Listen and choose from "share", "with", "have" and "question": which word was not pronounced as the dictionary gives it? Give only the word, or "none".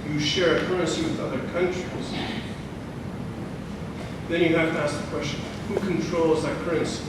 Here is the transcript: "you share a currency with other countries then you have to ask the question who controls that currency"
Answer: have